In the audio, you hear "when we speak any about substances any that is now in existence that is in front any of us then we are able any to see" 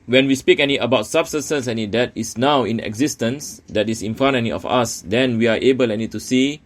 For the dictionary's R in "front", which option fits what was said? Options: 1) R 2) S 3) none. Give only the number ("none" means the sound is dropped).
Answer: 3